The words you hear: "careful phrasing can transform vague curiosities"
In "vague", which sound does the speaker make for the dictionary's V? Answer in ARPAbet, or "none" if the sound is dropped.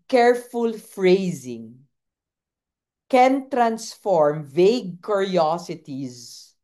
V